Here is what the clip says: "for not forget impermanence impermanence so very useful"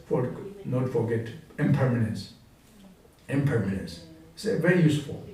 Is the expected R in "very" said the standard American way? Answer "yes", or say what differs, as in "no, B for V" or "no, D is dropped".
yes